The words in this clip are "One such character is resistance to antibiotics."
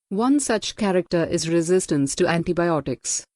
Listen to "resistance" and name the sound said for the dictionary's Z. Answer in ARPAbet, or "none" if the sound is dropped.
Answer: Z